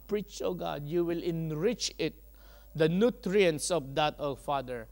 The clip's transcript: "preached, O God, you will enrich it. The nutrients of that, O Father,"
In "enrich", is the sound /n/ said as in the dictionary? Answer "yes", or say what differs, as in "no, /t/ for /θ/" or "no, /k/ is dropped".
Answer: yes